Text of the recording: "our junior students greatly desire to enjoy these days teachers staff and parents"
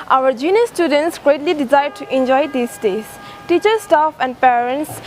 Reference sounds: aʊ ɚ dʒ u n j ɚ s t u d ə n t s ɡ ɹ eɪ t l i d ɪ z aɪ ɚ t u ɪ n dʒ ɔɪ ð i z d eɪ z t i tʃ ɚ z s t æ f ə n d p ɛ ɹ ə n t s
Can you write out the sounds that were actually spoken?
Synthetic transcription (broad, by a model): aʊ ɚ dʒ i n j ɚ s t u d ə n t s ɡ ɹ eɪ t l i d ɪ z aɪ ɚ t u ɪ n dʒ ɔɪ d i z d eɪ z t i tʃ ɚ s t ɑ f ə n d p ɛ ɹ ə n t s